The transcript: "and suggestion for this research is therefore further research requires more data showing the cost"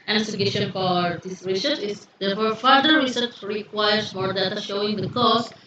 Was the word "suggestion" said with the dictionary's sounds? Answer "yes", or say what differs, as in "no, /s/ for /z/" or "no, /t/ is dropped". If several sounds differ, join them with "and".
no, /dʒ/ is dropped